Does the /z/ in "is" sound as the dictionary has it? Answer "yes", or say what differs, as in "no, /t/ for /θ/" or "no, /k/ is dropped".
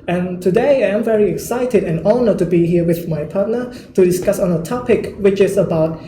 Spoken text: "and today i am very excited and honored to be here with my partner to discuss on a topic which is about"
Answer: no, /s/ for /z/